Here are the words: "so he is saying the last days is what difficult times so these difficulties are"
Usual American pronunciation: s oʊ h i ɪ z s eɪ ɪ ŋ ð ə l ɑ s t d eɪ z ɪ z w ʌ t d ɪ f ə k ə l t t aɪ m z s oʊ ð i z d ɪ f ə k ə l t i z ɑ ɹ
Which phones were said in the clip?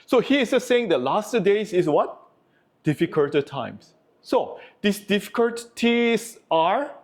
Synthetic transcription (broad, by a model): s oʊ h i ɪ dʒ s eɪ ɪ ŋ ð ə l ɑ s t d eɪ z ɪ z w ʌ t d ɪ f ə k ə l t t aɪ m s oʊ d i s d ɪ f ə k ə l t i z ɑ ɹ